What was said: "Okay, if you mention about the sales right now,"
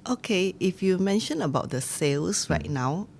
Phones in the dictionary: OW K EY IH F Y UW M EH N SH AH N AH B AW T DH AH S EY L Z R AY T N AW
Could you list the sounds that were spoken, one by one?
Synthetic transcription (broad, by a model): OW K EY IH F Y UW M EH N SH AH N AH B AW T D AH S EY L S R AY T N AW